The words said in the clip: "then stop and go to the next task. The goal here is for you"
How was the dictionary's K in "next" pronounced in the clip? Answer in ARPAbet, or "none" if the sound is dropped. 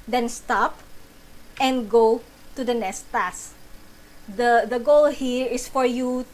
none